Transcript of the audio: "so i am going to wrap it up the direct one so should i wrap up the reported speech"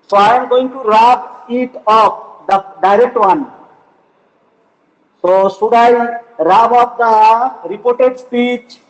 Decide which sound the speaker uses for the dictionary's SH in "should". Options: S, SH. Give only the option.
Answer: S